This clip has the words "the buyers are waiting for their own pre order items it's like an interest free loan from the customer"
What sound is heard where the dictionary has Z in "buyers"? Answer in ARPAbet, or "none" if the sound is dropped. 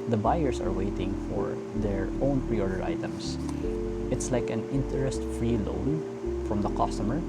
S